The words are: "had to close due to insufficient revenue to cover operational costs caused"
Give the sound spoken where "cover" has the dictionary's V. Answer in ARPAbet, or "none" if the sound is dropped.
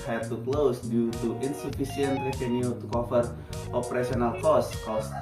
F